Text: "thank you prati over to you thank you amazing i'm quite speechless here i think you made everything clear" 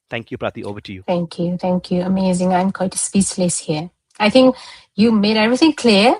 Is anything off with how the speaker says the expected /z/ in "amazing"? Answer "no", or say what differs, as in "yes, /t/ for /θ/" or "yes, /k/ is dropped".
no